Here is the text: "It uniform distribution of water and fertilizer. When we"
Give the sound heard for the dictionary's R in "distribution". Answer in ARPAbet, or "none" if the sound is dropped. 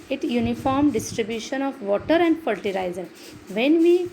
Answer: R